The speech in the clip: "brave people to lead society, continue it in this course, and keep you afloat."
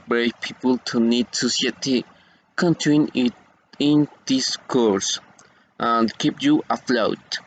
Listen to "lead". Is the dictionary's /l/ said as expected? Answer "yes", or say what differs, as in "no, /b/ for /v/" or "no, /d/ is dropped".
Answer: no, /n/ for /l/